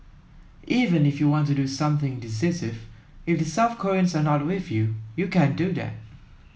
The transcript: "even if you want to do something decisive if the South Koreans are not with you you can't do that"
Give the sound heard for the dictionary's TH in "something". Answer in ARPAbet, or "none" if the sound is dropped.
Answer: TH